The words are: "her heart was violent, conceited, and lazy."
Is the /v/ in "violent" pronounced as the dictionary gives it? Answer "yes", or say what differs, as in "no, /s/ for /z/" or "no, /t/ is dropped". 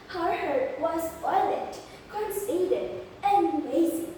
no, /f/ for /v/